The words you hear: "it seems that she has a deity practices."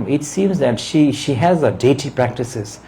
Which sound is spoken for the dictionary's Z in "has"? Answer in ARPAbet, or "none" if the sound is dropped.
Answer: Z